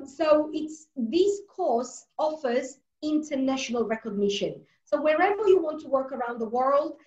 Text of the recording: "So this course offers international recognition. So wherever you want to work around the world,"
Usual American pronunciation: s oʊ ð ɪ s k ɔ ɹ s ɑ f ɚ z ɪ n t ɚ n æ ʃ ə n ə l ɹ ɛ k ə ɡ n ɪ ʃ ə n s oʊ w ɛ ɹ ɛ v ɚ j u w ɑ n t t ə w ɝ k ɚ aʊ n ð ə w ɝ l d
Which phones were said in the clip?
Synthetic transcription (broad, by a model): s oʊ ð ɪ s k ɔ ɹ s ɑ f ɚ z ɪ n t ɚ n æ ʃ ə n ə l ɹ ɛ k ə ɡ n ɪ ʃ ə n s oʊ w ɛ ɹ ɛ v ɚ j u w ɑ n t t ə w ɝ k ɚ aʊ n ð ə w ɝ l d